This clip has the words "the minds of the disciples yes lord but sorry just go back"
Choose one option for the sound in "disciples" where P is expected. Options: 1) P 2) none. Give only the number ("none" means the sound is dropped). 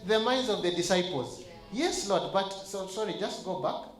1